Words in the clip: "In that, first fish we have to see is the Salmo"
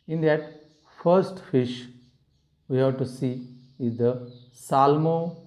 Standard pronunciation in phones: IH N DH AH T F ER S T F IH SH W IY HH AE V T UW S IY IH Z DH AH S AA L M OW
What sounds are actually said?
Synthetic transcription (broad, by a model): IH N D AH T F ER S T F IH SH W IY HH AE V T UW S IY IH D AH S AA L M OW